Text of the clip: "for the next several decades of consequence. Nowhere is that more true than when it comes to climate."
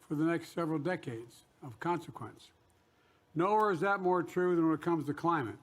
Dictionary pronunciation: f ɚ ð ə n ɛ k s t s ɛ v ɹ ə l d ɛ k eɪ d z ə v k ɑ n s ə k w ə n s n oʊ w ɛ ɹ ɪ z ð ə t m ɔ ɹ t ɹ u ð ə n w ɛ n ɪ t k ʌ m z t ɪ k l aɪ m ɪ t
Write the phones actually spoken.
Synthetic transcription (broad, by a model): f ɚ ð ə n ɛ k s t s ɛ v ɹ l d ɛ k eɪ d z ə v k ɑ n s ə k w ə n s n oʊ w ɛ ɹ ɪ z ð ə t m ɔ ɹ t ɹ u ð ə n w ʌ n ɪ t k ʌ m z t ɪ k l aɪ m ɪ t